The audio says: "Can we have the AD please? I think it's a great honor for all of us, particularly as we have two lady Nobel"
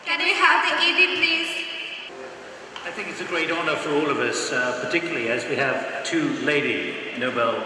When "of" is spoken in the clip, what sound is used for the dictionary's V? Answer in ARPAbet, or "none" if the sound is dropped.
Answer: V